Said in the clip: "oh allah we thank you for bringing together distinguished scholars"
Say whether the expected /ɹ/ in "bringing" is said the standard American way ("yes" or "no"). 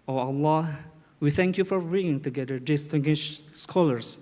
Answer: no